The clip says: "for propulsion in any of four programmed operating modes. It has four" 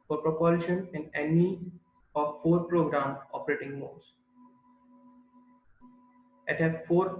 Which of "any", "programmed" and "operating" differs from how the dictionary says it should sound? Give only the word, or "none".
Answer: programmed